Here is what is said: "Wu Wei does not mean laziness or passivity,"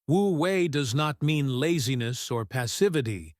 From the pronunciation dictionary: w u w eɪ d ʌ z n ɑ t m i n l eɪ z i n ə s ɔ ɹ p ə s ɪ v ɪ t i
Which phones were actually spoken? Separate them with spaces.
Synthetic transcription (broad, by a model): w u w eɪ d ʌ z n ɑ t m i n l eɪ z i n ə s ɔ ɹ p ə s ɪ v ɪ t i